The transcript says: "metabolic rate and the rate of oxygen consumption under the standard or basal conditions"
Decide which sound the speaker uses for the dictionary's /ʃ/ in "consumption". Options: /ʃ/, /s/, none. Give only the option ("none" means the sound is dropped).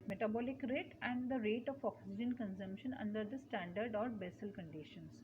/ʃ/